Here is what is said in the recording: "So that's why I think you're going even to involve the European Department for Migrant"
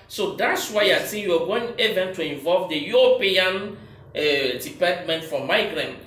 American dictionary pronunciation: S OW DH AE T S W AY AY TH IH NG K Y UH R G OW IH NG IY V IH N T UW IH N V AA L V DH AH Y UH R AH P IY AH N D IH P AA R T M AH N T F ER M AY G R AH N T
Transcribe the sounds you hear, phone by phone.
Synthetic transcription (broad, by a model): S OW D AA T S W AY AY S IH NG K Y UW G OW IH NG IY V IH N T UW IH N V AA L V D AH Y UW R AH P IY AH N D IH P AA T M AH N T F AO M AY G R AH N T